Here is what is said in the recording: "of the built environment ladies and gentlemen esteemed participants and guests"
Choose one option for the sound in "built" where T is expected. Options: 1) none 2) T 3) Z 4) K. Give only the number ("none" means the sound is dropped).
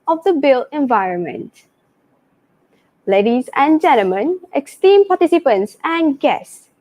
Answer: 1